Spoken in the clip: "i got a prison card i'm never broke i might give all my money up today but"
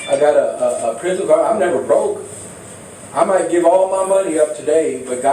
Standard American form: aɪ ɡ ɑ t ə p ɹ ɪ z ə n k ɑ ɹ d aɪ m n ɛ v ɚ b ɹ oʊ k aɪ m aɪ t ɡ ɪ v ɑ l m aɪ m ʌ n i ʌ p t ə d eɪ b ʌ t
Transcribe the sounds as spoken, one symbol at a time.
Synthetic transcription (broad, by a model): aɪ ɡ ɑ t ə p ɹ ɪ z ə n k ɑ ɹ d aɪ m n ɛ v ɚ b ɹ oʊ k aɪ m aɪ t ɡ ɪ v ɑ l m aɪ m ʌ n i ʌ p t ə d eɪ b ʌ t